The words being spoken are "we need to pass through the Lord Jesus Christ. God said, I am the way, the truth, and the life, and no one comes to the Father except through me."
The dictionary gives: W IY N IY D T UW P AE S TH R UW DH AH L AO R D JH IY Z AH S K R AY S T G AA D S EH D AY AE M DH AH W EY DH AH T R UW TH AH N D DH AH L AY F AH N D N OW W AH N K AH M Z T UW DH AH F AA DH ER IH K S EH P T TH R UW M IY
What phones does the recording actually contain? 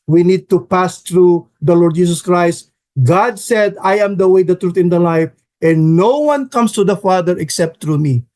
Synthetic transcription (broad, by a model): W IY N IY D T UW P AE S T R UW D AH L AO R D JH IY S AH S K R AY S T G AA D S EH D AY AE M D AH W EY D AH T R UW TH AH N D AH L AY F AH N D N OW W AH N K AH M S T UW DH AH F AA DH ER IH K S EH P T R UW M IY